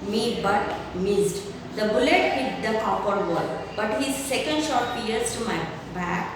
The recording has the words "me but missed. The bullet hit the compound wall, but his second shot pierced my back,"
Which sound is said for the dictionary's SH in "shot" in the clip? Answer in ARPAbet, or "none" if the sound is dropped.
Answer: SH